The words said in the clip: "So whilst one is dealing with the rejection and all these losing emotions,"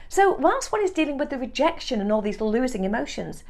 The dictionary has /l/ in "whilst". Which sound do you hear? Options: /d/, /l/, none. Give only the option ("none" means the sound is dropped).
none